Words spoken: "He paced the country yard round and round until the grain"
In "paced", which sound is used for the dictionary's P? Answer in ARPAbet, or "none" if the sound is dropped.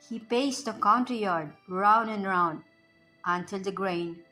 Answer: P